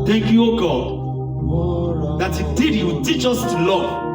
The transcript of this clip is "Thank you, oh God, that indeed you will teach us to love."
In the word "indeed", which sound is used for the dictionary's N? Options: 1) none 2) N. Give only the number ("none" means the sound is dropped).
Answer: 1